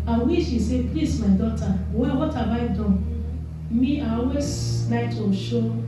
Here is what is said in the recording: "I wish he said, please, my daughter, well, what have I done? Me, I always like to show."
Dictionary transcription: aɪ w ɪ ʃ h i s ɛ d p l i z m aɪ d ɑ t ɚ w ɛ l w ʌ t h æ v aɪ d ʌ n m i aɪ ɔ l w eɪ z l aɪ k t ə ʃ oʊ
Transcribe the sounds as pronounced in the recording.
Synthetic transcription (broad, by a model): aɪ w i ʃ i s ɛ p l i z m aɪ d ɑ t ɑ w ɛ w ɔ t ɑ b aɪ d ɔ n m i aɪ ɔ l w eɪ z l aɪ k t ə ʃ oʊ